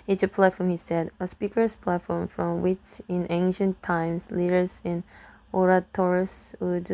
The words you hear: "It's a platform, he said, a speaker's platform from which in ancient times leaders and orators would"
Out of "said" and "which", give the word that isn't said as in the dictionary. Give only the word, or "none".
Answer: none